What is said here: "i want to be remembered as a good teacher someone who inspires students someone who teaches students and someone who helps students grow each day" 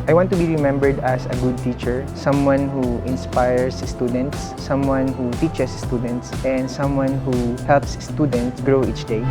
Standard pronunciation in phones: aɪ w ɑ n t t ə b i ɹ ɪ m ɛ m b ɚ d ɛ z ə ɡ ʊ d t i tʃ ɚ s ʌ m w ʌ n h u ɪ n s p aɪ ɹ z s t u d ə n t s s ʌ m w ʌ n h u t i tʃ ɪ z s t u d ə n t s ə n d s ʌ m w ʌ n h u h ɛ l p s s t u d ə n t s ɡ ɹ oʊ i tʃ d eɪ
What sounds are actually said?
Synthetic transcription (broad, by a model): aɪ w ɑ n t t ə b i ɹ ɪ m ɛ m b ɚ d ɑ s ə ɡ ʊ d t i tʃ ɚ s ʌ m w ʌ n h u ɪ n s p aɪ ɹ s s t u d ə n t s s ʌ m w ʌ n h u t i tʃ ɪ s s t u d ə n t s ə n d s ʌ m w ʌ n h u h ɛ l p s s t u d ə n t s ɡ ɹ oʊ i tʃ d eɪ